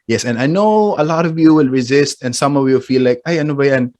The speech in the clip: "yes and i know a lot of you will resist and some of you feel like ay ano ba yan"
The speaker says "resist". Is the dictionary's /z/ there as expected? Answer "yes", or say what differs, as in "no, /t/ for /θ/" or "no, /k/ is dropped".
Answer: yes